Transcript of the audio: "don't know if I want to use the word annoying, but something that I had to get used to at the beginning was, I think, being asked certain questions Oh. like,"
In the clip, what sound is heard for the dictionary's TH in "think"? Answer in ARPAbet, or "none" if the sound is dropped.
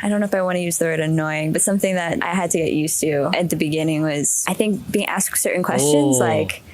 TH